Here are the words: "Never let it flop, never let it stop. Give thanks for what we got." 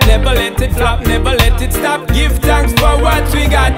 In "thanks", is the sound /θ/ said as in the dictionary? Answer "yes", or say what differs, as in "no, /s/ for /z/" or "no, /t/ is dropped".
no, /t/ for /θ/